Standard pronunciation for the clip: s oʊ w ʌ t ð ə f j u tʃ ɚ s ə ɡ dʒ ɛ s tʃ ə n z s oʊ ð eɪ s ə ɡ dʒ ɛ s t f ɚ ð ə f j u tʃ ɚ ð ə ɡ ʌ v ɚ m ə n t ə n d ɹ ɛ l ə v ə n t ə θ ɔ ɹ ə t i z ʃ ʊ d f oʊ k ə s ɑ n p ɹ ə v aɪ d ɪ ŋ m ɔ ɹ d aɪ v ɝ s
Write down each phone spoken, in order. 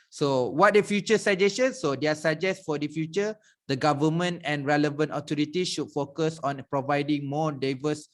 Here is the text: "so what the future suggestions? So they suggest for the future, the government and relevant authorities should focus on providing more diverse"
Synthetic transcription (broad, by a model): s oʊ w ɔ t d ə f j u tʃ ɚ s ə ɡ dʒ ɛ s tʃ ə n s oʊ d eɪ s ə dʒ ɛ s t f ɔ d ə f j u tʃ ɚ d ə ɡ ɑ v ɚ m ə n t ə n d ɹ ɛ l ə v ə n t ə t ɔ ɹ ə t i ʃ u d f oʊ k ə s ɑ n p ɹ ə v aɪ d ɪ ŋ m ɔ d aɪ v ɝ s